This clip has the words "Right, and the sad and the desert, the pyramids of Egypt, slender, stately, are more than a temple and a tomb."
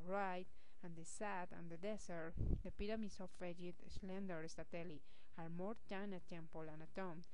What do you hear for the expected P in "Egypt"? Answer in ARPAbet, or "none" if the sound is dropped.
none